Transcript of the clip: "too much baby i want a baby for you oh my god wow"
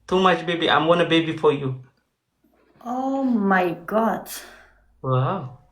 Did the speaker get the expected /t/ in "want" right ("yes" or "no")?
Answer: no